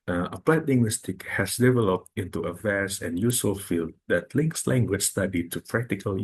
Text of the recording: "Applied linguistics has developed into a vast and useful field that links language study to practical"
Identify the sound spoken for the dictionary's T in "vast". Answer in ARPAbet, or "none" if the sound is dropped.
none